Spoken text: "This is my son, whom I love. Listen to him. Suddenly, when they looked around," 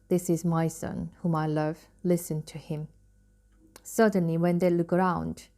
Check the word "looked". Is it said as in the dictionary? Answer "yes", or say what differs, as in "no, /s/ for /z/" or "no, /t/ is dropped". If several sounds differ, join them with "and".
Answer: no, /t/ is dropped